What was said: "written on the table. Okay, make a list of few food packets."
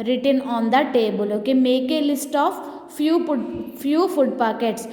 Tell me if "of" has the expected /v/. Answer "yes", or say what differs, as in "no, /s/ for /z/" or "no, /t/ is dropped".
no, /p/ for /v/